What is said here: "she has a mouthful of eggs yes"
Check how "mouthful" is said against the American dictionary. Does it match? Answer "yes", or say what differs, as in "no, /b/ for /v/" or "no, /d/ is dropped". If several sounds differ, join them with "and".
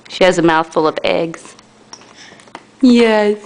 yes